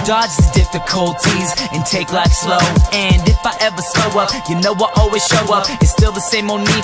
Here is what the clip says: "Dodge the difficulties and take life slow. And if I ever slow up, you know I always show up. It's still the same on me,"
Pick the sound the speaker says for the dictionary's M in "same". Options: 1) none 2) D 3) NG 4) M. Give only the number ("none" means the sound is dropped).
4